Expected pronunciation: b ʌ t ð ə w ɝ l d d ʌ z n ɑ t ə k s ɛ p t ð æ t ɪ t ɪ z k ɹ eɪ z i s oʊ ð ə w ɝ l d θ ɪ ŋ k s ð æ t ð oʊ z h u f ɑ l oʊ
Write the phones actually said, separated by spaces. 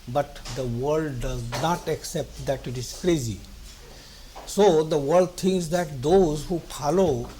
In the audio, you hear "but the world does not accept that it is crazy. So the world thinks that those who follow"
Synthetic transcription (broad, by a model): b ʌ t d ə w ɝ l d d ʌ z n ɑ t ə k s ɛ p t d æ t ɪ t ɪ z k ɹ eɪ z i s oʊ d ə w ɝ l d t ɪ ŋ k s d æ t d oʊ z h u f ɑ l oʊ